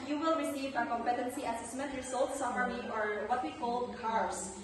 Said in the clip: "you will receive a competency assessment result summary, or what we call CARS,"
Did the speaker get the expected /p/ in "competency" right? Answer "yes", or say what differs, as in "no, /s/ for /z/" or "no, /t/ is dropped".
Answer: yes